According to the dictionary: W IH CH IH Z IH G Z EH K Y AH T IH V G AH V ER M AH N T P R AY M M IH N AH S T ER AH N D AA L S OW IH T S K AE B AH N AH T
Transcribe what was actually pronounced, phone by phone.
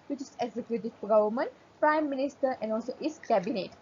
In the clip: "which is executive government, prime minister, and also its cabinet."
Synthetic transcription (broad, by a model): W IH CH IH S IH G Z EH K Y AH T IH F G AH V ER M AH N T P R AY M M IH N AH S T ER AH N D AA L S OW T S K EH B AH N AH T